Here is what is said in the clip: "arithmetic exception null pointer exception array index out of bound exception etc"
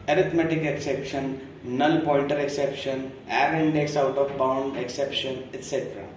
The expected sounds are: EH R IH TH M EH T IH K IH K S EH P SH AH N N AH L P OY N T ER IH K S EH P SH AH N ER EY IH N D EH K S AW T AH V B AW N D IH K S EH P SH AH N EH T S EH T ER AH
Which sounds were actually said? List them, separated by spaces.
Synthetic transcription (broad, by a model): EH R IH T M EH T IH K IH K S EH P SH AH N N AH L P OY L T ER IH K S EH P SH AH N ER IH N D EH K S AW T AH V B AW N D IH K S EH P SH AH N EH T S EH T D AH